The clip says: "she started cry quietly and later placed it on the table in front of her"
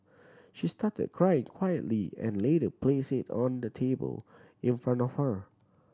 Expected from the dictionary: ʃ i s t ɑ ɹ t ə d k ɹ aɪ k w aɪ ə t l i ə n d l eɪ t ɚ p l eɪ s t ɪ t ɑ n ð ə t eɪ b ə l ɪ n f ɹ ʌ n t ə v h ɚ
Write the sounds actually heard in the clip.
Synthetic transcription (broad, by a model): ʃ i s t ɑ t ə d k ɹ aɪ k w aɪ ə t l i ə n l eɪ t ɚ p l eɪ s ɪ t ɑ n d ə t eɪ b ə l ɪ n f ɹ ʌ n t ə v h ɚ